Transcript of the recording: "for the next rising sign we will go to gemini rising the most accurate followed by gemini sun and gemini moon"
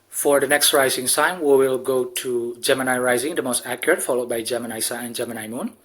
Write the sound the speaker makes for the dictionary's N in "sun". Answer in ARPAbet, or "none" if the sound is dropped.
none